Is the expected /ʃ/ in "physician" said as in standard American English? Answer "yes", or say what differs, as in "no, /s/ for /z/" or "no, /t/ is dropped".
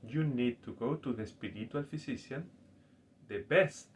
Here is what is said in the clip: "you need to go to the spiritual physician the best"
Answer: no, /s/ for /ʃ/